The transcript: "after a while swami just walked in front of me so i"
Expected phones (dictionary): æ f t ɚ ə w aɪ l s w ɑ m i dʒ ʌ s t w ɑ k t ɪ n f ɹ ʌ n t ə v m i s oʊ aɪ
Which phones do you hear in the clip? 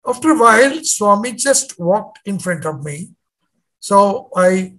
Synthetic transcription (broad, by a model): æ f t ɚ ə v aɪ l s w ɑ m i dʒ ʌ s t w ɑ k t ɪ n f ɹ ʌ n t ə v m i s oʊ aɪ